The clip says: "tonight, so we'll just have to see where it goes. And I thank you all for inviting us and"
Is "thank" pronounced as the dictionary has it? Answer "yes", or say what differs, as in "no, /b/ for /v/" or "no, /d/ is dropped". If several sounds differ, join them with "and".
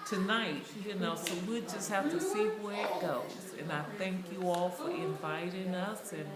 yes